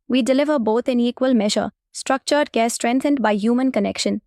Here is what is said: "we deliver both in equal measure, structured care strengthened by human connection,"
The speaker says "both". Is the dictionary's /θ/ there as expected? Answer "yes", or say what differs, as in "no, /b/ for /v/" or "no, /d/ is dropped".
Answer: no, /t/ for /θ/